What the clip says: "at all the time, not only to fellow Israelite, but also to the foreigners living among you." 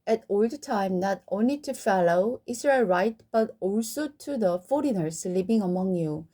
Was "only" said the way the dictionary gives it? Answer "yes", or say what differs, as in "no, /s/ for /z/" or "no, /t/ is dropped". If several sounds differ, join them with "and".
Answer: yes